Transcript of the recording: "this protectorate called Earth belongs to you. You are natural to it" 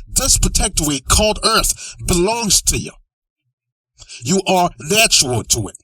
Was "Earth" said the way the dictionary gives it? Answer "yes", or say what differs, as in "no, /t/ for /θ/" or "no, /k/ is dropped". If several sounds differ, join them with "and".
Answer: yes